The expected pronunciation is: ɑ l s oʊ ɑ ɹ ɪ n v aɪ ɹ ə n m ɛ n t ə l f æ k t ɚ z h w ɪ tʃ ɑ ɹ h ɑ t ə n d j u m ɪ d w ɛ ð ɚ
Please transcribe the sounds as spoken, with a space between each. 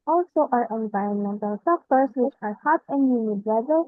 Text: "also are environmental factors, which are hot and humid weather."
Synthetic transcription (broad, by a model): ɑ l s oʊ ɑ ɹ ɪ n v aɪ ɹ ə n m ɛ n t ə l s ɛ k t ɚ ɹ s w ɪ tʃ ɑ ɹ h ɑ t ə n d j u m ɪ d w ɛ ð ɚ